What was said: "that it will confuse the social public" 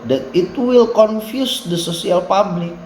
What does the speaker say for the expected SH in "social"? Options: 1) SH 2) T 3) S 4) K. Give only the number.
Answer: 3